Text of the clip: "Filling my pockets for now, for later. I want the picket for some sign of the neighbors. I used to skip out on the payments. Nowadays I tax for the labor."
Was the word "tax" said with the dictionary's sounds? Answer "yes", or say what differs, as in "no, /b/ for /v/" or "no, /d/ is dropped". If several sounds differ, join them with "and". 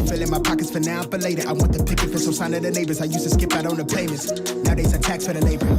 yes